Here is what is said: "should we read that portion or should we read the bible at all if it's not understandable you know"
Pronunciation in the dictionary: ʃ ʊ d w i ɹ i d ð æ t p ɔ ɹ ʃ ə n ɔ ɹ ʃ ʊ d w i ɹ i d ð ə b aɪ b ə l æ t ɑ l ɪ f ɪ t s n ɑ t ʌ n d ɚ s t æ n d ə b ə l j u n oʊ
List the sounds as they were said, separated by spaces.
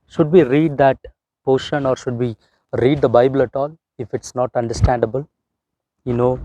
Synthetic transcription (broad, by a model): ʃ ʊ d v i ɹ i d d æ t p ɔ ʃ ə n ɔ ɹ ʃ ʊ d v i ɹ i d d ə b aɪ b ə l æ t ɑ l ɪ f ɪ t s n ɑ t ʌ n d ɚ s t æ n d ə b ə l j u n oʊ